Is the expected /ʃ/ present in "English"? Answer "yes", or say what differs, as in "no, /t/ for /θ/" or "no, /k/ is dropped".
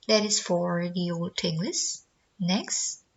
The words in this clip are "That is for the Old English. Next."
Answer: no, /s/ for /ʃ/